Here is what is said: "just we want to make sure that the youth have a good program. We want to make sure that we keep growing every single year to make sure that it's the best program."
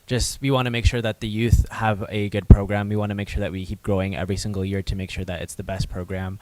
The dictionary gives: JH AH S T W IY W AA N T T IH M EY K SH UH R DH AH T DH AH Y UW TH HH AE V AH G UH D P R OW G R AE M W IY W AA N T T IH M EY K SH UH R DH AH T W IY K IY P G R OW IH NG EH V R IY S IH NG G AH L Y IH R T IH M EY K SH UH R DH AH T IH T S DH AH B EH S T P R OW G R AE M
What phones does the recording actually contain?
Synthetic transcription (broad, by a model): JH AH S T W IY W AA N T T IH M EY K SH UH R DH AH T DH AH Y UW TH HH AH V AH G UH D P R OW G R AE M W IY W AA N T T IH M EY K SH UH R DH AH T W IY K IY P G R OW IH NG EH V R IY S IH NG G L Y IH R T IH M EY K SH UH R DH AH T IH T S DH AH B EH S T P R OW G R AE M